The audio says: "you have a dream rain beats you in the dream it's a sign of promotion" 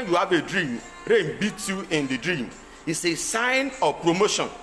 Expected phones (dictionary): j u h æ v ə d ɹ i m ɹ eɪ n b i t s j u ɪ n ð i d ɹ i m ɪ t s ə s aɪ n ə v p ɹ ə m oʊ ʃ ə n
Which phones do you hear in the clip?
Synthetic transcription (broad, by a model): j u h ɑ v ə d ɹ i m ɹ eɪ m b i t j u ɪ n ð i d ɹ i m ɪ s ə s aɪ n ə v p ɹ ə m oʊ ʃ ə n